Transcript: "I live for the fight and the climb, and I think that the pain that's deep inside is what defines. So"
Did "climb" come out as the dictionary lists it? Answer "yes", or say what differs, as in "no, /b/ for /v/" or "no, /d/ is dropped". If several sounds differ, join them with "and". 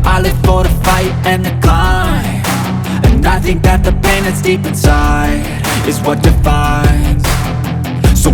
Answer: no, /m/ is dropped